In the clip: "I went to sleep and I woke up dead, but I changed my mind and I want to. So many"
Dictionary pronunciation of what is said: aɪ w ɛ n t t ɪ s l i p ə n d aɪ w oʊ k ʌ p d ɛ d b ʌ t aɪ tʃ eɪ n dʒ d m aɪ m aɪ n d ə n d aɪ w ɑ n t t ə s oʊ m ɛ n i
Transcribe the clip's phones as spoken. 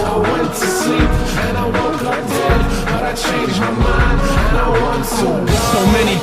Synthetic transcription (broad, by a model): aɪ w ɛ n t t ɪ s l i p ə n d aɪ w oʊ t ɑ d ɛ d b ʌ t aɪ tʃ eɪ n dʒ m aɪ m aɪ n ə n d aɪ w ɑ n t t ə s oʊ m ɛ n i